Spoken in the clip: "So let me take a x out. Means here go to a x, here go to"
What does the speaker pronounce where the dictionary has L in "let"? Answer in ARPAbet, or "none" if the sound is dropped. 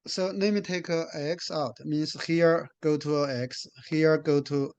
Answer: N